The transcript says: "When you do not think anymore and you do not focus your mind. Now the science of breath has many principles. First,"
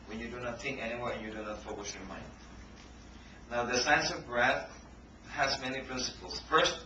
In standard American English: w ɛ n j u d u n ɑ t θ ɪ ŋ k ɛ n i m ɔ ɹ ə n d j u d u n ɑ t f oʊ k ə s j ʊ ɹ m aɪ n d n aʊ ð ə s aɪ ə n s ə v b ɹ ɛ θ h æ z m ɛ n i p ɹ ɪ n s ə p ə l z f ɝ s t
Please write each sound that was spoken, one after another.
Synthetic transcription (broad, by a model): w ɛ n j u d u n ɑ t θ ɪ ŋ k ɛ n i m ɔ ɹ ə n j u d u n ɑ t f oʊ k ə s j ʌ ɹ m aɪ n d n aʊ ð ə s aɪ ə n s ə v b ɹ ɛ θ h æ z m ɛ n i p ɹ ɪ n s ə p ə l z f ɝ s